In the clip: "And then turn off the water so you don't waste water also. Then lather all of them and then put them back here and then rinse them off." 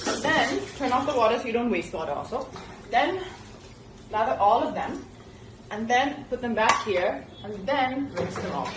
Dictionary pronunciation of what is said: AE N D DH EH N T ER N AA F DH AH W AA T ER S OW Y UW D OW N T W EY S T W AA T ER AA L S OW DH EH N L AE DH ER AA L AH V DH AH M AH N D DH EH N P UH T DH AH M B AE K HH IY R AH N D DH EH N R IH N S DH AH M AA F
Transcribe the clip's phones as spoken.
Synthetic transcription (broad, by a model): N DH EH N T ER N AA F DH AH W AA T ER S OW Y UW D OW N T W EY S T W AA T ER AA L S OW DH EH N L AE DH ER AA L AH V DH AH M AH N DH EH N P UH T DH AH M B AE K HH IY R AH N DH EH N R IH S DH AH M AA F